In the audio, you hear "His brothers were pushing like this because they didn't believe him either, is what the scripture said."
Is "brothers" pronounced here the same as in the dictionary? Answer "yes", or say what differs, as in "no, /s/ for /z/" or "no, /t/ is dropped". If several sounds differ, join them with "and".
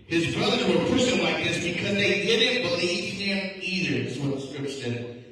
yes